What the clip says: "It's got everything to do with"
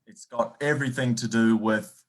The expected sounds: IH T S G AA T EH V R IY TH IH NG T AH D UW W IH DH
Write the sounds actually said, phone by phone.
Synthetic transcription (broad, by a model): IH T S G AA T EH V R IY TH IH NG T AH D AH W IH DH